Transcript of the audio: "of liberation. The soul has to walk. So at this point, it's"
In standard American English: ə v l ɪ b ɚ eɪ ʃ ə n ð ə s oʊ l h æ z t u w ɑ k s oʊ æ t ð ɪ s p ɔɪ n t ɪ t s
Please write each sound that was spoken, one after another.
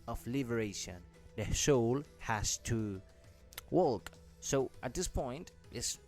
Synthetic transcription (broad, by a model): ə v l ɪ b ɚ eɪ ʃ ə n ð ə ʃ oʊ l h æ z t u w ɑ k s oʊ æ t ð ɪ s p ɔɪ n t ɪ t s